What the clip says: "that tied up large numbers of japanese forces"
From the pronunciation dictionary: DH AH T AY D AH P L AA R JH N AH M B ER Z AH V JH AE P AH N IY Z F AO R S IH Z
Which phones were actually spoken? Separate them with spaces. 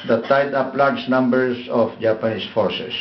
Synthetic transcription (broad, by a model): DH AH T AY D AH P L AA R JH N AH M B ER S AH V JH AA P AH N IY S F AO R S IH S